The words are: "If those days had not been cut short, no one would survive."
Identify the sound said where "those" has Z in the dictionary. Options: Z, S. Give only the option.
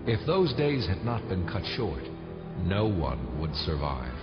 Z